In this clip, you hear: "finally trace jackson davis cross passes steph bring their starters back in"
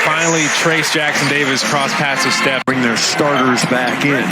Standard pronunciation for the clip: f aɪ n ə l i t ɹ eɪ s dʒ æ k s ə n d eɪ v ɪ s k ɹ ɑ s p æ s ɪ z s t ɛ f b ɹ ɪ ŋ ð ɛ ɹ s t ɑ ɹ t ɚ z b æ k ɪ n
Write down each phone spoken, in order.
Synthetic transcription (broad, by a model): f aɪ n l i t ɹ eɪ s dʒ æ k s ə n d eɪ v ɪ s k ɹ ɑ s p æ s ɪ s t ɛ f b ɹ ɪ ŋ ð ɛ ɹ s t ɑ ɹ t ɚ z b æ k ɪ n